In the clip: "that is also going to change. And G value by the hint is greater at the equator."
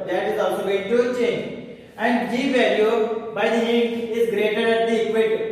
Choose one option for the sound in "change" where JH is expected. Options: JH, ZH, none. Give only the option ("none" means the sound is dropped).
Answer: none